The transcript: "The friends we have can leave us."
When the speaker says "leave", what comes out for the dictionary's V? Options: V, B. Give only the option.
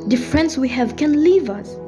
V